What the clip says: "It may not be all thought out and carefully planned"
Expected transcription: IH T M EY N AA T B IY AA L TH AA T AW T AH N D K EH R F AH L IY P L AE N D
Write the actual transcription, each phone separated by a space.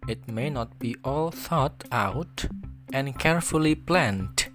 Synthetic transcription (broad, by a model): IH T M EY N AA T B IY AA L TH AA T AW T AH N K EH R F AH L IY P L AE N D